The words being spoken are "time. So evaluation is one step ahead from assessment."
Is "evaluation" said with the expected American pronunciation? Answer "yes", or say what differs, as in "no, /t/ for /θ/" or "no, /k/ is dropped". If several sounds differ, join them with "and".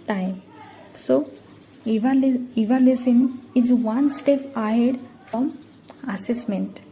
no, /s/ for /ʃ/